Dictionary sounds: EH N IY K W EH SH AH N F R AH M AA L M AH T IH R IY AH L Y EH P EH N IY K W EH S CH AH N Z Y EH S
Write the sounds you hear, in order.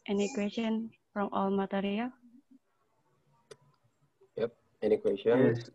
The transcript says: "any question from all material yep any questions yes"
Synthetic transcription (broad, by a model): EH N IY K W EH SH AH N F R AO M AA L M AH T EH R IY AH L Y EH P EH N IY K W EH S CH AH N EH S